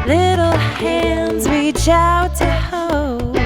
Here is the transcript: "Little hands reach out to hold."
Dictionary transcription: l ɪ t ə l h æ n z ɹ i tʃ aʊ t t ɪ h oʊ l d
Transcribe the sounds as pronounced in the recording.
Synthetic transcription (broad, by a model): l ɪ t l h æ n z w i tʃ aʊ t t ɪ h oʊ l